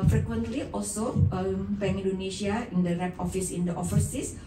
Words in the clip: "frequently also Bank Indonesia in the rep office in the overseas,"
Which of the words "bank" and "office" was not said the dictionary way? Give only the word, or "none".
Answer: bank